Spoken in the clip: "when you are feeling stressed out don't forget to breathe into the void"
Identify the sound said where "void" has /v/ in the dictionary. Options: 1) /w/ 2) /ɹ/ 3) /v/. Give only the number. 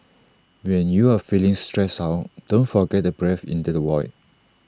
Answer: 1